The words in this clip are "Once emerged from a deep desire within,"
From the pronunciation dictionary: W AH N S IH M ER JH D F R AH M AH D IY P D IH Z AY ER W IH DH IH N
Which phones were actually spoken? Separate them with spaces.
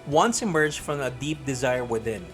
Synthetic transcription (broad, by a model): W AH N S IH M ER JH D F R AH M AH D IY P D IH Z AY ER W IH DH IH N